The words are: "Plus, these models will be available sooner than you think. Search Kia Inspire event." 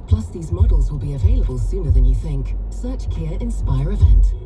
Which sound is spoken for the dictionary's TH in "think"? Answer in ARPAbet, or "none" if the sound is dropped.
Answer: TH